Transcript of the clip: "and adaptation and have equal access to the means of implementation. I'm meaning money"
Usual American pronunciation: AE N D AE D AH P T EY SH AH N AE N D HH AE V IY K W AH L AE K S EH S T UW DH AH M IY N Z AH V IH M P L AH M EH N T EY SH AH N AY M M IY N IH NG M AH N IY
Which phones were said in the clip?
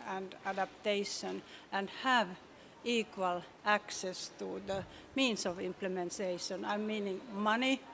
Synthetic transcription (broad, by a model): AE N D AE D AH P T EY SH AH N AE N D HH AE V IY K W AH L AE K S EH S T UW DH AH M IY N S AH V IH M P L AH M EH N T EY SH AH N AY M M IY N IH NG M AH N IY